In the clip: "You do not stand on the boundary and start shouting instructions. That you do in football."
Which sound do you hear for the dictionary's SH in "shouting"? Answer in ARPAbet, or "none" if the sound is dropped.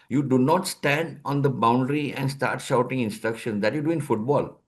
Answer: SH